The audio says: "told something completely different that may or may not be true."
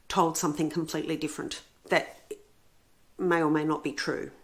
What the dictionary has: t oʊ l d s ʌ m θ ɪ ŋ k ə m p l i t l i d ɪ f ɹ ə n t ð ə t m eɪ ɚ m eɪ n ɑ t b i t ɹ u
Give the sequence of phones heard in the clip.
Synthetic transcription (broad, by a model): t oʊ l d s ʌ m θ ɪ ŋ k ə m p l i t l i d ɪ f ɹ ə n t ð ə t m eɪ ɚ m eɪ n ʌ t b i t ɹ u